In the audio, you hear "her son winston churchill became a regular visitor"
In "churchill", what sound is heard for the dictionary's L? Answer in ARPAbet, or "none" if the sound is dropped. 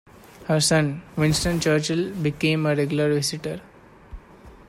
L